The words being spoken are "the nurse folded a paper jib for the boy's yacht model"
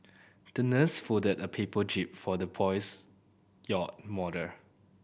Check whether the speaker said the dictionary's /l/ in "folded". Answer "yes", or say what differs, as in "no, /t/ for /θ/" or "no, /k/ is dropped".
no, /l/ is dropped